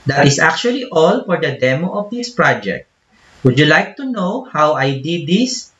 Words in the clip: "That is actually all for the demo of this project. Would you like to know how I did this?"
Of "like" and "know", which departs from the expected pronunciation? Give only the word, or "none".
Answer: none